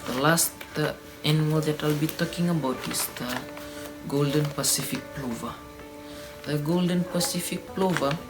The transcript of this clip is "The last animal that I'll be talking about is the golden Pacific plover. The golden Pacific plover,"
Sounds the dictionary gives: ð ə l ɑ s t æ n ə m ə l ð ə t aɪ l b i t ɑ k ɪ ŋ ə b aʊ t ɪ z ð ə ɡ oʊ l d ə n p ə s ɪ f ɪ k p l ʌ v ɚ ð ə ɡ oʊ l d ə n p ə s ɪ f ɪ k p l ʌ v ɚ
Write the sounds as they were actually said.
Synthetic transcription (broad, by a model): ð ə l ɑ s t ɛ n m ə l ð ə t aɪ l b i t ɑ k ɪ ŋ ə b aʊ t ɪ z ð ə ɡ oʊ l d ə n p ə s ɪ f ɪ k p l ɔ v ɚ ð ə ɡ oʊ l d ə n p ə s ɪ f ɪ k p l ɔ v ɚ